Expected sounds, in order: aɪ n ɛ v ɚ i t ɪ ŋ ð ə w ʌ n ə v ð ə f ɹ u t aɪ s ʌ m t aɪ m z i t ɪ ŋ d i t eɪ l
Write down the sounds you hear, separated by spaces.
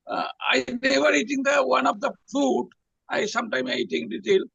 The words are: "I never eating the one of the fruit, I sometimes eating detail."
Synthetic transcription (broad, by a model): aɪ n ɛ v ɚ i t ɪ ŋ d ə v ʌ n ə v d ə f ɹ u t aɪ s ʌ m t aɪ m i t ɪ ŋ d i t eɪ l